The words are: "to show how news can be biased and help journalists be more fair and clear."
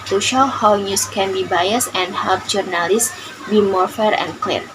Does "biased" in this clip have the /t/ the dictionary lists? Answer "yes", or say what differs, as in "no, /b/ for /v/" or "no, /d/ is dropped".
no, /t/ is dropped